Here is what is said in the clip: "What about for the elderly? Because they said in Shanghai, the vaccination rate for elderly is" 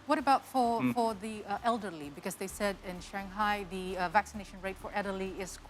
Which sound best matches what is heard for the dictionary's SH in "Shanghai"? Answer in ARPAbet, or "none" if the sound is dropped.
SH